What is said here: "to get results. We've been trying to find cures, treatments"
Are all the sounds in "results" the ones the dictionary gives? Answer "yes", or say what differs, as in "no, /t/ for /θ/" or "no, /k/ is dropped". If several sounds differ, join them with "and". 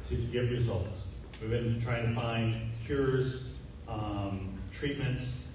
yes